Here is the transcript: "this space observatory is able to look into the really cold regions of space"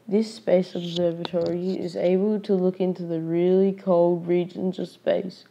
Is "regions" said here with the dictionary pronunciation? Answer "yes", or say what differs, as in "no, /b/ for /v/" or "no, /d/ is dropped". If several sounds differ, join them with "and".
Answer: yes